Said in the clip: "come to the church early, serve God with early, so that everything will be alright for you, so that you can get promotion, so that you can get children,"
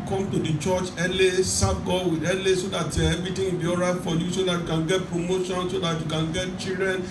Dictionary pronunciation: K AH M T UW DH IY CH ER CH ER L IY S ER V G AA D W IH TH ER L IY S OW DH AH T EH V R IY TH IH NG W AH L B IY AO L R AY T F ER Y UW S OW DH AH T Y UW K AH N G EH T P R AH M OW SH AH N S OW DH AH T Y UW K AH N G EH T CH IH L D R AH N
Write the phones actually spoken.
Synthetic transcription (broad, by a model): K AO M T UW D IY CH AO CH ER L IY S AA B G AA W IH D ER L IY S OW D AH T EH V R IY T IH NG B IY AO R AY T F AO Y UW S OW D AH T Y UW K AH N G EH T P R AH M OW SH AH N S OW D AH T Y UW K AH N G EH T CH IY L D R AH N